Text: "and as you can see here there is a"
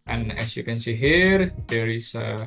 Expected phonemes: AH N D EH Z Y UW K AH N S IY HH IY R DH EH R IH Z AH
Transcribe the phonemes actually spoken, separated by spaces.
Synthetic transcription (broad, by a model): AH N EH S Y UW K AH N S IY HH IY R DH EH R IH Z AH